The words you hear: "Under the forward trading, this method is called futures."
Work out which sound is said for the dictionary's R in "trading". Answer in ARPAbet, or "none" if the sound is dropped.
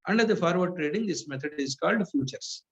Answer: R